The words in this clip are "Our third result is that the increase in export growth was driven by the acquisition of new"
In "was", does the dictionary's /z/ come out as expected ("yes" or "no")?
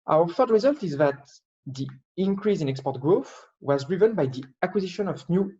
yes